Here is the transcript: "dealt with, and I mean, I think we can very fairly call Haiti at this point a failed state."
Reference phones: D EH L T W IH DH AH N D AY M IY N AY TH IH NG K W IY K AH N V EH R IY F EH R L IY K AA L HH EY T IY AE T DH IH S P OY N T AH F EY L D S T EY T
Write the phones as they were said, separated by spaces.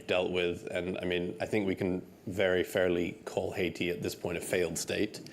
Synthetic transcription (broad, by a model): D EH L T W IH DH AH N AY M IY N AY TH IH NG K W IY K AH N V EH R IY F EH R L IY K AA L HH EY T IY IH T DH IH S P OY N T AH F EY L D S T EY T